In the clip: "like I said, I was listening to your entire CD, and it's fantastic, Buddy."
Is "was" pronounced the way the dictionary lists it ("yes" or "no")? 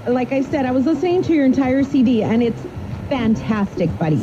yes